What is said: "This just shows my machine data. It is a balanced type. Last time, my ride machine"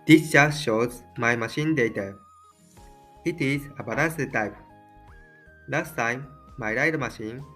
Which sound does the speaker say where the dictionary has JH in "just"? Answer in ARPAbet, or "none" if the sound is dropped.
CH